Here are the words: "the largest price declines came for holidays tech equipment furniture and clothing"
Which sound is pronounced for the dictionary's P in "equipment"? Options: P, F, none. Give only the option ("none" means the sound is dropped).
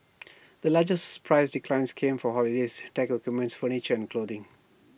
none